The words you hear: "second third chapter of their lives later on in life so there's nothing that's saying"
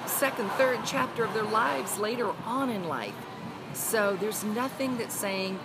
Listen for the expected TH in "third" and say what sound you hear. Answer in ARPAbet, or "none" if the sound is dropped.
TH